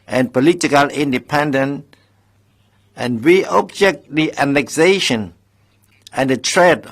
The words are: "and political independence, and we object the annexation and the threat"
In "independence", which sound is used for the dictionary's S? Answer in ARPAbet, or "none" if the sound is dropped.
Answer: none